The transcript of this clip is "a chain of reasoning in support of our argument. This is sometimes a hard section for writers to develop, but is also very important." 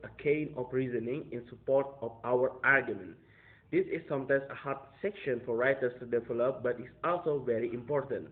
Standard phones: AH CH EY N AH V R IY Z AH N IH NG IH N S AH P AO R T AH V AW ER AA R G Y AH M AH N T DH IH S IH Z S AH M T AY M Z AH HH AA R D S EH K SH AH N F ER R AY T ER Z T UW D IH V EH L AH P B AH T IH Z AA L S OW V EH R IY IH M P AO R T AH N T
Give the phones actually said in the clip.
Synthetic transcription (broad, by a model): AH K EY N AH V R IY Z AH N IH NG IH N S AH P AO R T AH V AW ER AA R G Y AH M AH N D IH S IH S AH M T AY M S AH HH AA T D S EH K SH AH N F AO R AY T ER S T UW D IH V EH L AH P B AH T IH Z AA L S OW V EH R IY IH M P AO R T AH N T